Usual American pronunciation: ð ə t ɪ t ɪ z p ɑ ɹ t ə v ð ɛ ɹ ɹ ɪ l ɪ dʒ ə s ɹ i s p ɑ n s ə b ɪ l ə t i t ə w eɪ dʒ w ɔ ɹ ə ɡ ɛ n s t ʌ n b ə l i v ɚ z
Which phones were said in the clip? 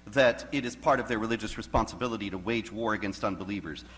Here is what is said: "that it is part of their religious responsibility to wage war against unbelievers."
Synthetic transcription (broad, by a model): ð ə t ɪ t ɪ z p ɑ ɹ t ə v ð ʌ ɹ ɹ ɪ l ɪ dʒ ə s ɹ i s p ɑ n s ə b ɪ l ə t i t ə w eɪ dʒ w ɔ ɹ ə ɡ ɛ n s t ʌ n b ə l i v ɚ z